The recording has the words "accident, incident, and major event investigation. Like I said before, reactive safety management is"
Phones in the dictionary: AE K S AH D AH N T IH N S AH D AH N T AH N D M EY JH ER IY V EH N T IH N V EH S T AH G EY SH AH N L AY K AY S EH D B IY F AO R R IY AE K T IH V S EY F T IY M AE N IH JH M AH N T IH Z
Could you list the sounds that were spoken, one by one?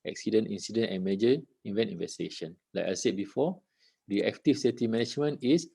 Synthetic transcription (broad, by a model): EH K S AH D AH N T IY N S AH D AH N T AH N M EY JH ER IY V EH N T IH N V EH S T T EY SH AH N L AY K AY S EH D B IY F AO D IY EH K T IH F S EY T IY M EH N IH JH M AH N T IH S